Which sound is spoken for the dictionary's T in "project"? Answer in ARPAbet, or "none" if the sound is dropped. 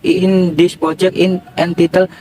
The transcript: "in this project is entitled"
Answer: none